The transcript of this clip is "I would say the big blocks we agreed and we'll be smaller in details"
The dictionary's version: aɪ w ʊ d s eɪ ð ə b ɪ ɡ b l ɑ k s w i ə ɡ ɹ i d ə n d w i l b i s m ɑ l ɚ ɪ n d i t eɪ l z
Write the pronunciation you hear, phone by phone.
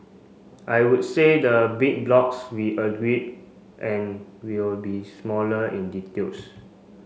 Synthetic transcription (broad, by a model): aɪ w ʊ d s eɪ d ə b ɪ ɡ b l ɑ k s w i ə ɡ ɹ i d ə n w i l b i s m ɑ l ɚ ɪ n d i t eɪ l s